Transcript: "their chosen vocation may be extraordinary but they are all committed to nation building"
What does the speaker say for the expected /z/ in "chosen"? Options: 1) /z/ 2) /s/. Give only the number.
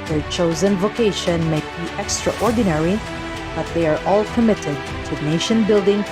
1